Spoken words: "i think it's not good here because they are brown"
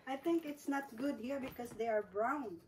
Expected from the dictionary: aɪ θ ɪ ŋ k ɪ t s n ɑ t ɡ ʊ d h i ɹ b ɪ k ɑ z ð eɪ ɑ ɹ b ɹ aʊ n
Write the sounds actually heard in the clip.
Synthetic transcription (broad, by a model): aɪ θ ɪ ŋ k ɪ t s n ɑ t ɡ ʊ d h i ɹ b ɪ k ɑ s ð eɪ ɑ ɹ b ɹ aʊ n